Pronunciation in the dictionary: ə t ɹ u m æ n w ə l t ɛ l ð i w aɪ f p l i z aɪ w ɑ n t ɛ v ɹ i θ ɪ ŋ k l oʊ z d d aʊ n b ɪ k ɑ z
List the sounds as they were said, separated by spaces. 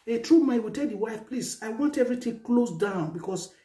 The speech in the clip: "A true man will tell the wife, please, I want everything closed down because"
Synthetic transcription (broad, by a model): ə t ɹ u m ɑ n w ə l t ɛ l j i w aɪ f p l i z aɪ w ɑ n t ɛ v ɹ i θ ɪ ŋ k l oʊ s d aʊ n b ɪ k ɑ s